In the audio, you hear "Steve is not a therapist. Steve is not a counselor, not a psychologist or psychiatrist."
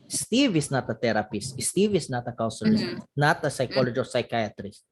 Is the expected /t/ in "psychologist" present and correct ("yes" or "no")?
no